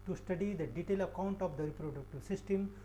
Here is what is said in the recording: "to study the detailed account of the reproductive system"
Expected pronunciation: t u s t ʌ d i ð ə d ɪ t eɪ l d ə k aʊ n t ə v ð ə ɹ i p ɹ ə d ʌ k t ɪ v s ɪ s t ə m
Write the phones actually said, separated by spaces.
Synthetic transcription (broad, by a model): t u s t ʌ d i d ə d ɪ t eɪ l ə k aʊ n t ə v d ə ɹ i p ɹ ə d ʌ k t ɪ v s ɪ s t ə m